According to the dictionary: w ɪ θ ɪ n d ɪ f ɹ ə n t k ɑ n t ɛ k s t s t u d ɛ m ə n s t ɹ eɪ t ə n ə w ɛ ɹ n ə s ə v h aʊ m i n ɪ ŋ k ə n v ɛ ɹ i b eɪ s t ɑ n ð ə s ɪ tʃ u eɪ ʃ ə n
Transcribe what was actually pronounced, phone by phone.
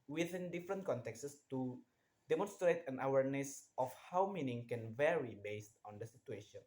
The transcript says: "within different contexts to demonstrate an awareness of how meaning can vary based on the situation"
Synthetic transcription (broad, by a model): w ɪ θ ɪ n d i f ɹ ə n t k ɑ n t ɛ k s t s t u d ɛ m ə n s t ɹ eɪ t ə n ə w ɛ ɹ n ə s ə f h aʊ m i n ɪ ŋ k ə n v ɛ ɹ i b eɪ s t ɑ n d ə s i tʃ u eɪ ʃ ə n